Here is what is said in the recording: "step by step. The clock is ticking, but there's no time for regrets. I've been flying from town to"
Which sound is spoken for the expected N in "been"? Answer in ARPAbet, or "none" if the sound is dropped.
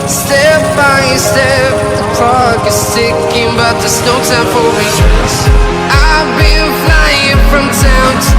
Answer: L